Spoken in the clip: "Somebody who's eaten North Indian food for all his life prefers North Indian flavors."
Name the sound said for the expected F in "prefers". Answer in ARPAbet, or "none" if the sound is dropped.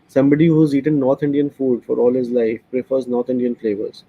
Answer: F